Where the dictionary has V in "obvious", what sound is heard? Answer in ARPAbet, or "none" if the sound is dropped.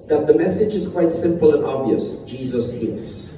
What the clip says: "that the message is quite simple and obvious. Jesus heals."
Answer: V